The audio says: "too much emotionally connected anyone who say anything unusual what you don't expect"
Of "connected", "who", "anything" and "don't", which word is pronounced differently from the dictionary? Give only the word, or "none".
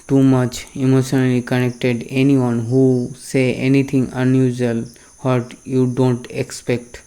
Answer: anything